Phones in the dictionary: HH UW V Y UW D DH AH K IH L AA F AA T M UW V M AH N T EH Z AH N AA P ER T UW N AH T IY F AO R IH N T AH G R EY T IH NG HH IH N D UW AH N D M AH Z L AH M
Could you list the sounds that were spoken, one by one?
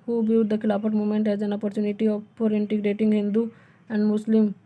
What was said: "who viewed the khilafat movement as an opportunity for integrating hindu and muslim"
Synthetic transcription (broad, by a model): HH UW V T D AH K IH L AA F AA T M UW M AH N T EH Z AH N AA P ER T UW N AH T IY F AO R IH N T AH G R EY T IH NG HH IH N D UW AH N D M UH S L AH M